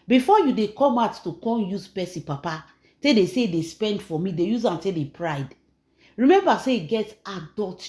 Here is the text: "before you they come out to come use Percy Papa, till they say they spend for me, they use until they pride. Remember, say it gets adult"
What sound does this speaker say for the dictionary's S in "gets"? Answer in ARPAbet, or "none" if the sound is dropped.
none